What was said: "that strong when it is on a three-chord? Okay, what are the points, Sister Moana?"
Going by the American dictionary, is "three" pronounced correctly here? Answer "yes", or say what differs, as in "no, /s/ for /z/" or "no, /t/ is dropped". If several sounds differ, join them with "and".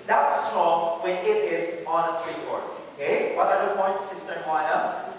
no, /t/ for /θ/